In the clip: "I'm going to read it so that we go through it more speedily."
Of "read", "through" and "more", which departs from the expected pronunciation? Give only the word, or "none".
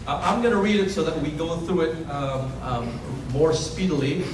none